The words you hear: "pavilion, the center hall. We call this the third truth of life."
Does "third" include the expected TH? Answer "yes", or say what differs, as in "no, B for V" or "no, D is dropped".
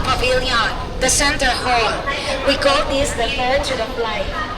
no, F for TH